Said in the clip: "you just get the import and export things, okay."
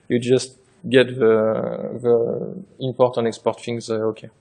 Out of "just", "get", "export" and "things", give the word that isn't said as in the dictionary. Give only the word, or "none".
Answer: things